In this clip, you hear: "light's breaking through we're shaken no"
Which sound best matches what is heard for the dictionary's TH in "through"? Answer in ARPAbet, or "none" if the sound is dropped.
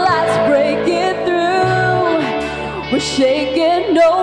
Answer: TH